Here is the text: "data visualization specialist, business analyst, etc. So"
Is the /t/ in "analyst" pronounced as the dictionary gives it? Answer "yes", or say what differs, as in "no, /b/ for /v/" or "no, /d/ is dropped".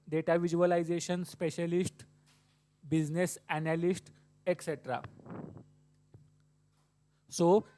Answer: yes